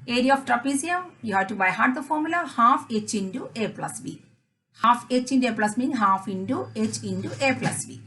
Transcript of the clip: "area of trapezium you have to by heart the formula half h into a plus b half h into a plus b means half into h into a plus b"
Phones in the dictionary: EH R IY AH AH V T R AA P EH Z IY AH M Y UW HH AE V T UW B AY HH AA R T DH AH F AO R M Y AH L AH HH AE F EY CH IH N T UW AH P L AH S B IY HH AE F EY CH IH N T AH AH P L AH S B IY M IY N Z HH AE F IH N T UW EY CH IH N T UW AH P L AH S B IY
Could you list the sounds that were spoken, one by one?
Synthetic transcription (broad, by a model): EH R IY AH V T R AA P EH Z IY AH M Y UW HH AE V T UW B AY HH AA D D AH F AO R M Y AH L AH HH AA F EY CH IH N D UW AH P L AH S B IY HH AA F EY CH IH N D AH P L AH S M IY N HH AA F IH N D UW EY CH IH N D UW AH P L AH S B IY